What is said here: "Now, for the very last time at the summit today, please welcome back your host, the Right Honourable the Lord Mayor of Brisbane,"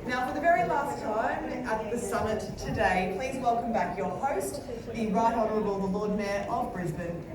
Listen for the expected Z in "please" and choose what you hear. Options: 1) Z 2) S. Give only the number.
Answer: 1